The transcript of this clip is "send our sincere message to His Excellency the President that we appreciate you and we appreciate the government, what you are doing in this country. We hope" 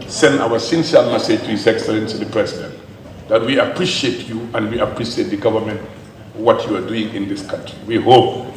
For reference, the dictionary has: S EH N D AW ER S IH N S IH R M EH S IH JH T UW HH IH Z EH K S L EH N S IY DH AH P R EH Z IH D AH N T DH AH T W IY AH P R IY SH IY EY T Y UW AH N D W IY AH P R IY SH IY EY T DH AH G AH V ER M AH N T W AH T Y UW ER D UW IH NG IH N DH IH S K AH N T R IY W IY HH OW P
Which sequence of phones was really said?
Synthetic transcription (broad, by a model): S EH N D AW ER S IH N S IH L M EH S IH JH T UW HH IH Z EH K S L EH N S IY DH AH P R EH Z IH D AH N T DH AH T W IY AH P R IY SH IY EY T Y UW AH N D W IY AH P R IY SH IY EY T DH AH G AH V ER M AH N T W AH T Y UW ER D UW IH NG IH N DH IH S K AH N T R IY W IY HH OW P